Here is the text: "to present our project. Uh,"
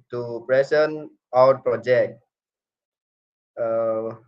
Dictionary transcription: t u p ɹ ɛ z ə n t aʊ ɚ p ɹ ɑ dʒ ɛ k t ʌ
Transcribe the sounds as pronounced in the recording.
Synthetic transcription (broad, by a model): t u p ɹ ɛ s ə n aʊ ɚ p ɹ ɑ dʒ ɛ k t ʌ